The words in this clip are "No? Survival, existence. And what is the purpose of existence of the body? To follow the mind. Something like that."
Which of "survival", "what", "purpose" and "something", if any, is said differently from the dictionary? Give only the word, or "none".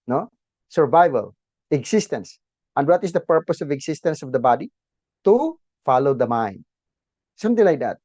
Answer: something